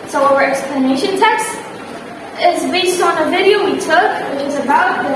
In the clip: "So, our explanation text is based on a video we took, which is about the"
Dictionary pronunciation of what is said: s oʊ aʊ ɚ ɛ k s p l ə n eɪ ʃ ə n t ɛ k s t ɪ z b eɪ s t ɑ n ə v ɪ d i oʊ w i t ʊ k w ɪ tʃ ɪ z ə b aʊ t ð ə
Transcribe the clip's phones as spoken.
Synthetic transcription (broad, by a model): s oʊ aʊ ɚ ɛ k s p l ə n eɪ ʃ ə n t ɛ k s t ɪ z b eɪ s t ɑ n ə v ɪ d i oʊ w i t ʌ k w ɪ tʃ ɪ z ə b aʊ t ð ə